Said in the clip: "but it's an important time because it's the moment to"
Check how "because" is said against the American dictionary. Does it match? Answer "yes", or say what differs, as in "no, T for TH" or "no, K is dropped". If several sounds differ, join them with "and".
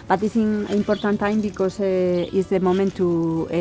no, S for Z